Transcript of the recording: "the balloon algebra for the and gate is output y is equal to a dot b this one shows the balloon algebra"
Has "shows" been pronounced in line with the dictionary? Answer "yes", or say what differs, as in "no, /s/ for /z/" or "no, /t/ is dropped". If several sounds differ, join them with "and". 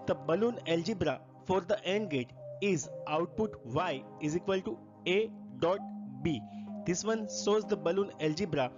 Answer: no, /s/ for /ʃ/